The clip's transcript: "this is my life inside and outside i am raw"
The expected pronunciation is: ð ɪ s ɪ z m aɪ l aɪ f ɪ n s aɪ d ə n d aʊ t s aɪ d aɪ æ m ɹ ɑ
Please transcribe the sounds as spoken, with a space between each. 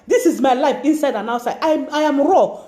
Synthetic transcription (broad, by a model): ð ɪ s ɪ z m aɪ l aɪ f ɪ n s aɪ d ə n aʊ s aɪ aɪ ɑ m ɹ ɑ